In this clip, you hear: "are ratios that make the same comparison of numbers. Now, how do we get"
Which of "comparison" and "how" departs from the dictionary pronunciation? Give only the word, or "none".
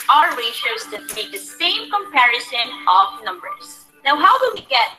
none